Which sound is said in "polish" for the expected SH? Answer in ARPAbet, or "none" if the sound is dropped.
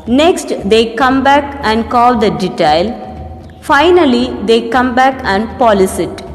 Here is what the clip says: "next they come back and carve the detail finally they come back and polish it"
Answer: S